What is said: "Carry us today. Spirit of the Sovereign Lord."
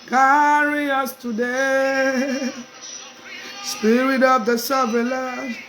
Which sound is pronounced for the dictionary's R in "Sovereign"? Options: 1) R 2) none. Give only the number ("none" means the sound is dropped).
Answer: 2